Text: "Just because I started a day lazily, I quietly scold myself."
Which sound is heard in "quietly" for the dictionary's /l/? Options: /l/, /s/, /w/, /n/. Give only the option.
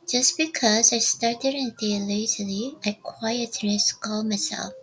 /n/